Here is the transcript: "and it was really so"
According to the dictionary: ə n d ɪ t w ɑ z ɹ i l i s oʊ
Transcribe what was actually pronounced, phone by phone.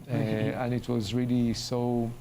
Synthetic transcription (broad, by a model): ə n ɪ t w ɑ z ɹ i l i s oʊ